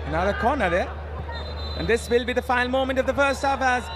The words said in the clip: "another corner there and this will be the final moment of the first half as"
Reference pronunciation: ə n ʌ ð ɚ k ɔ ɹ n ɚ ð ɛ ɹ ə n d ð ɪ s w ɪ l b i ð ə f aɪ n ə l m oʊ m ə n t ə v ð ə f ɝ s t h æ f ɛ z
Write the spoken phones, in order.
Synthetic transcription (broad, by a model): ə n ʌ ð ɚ k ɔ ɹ n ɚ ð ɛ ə n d ð ɪ s w ɪ l b i ð ə f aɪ ə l m oʊ m ə n t ə v ð ə f ɝ s t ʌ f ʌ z